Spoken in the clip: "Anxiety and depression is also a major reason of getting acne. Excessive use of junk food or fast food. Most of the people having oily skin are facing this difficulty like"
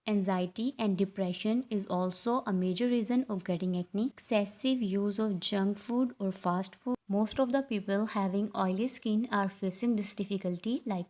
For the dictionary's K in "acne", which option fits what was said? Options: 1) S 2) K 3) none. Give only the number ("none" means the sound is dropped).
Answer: 3